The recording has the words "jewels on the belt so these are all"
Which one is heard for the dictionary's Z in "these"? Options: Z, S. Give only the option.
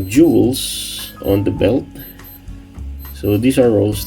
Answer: S